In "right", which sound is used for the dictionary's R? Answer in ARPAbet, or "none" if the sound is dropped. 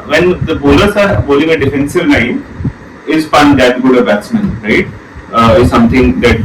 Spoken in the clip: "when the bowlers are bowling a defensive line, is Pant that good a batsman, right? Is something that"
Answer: R